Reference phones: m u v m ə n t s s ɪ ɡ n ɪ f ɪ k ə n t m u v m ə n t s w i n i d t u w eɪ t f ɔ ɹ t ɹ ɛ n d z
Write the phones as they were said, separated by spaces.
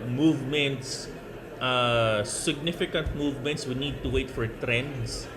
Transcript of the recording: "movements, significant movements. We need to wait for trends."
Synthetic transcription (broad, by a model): m u v m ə n t s s ɪ ɡ n ɪ f ɪ k ə n t m u v m ə n t s w i n i d t u w eɪ t f ɔ ɹ t ɹ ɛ n d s